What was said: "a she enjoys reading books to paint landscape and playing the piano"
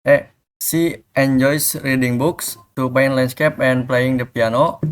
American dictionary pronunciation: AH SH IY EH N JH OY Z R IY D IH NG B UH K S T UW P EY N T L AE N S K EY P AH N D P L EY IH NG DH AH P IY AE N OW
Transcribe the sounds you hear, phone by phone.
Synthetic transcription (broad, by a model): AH S IY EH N JH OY S R IY D IH NG B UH K S T UW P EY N L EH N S K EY P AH N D P L EY IH NG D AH P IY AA N OW